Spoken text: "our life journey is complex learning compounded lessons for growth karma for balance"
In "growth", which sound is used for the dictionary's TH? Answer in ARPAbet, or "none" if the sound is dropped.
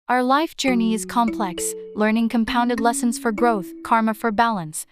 TH